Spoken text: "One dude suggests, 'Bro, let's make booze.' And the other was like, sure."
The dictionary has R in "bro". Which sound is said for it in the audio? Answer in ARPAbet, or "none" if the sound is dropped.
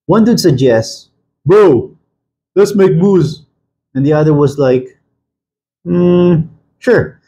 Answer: none